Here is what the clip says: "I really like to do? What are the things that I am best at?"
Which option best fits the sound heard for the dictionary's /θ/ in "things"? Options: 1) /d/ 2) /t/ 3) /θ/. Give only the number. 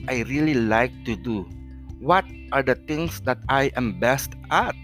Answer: 2